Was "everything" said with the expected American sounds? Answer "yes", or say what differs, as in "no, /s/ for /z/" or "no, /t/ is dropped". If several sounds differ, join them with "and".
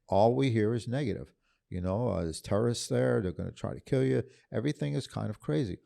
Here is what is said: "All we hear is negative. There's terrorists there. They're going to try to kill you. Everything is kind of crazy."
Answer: yes